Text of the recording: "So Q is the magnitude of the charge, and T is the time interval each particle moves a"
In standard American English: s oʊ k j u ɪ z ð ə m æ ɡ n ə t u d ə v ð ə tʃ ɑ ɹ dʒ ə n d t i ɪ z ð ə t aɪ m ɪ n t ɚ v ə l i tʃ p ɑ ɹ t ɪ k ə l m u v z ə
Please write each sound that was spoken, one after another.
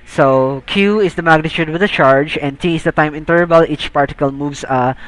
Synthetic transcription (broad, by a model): s oʊ k j u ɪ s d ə m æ ɡ n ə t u d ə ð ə tʃ ɑ ɹ dʒ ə n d t i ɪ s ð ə t aɪ m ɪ n t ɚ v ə l i tʃ p ɑ ɹ t ɪ k ə l m u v s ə